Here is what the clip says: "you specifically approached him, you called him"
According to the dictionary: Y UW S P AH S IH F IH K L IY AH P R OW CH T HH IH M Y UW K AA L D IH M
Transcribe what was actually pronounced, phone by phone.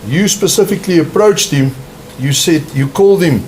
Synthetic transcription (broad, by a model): Y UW S P AH S IH F IH K L IY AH P R OW CH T HH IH M Y UW K AA L D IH M